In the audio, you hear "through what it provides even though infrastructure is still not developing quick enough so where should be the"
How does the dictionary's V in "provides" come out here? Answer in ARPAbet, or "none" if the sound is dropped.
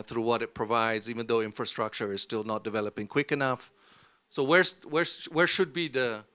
V